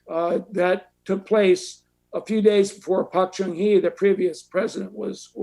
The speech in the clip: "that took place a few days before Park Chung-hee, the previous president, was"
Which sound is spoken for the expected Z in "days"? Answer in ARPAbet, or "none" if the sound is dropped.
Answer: Z